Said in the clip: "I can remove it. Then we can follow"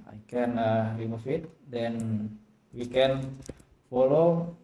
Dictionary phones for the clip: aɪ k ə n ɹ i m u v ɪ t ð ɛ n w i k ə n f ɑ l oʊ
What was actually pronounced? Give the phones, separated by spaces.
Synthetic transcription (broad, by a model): aɪ k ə n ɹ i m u f ɪ t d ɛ n w i k ə n f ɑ l oʊ